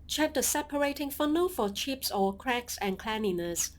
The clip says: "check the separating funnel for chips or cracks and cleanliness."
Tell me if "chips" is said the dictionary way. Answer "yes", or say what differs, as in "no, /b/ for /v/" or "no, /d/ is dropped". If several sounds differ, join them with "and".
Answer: yes